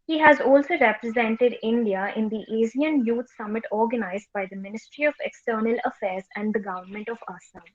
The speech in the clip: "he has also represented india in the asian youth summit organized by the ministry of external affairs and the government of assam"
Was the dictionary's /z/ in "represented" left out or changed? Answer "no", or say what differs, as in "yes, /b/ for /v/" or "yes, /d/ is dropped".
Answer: no